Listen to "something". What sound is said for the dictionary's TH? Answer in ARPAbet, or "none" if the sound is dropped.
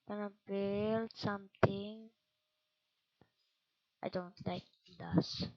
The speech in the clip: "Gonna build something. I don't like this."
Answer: T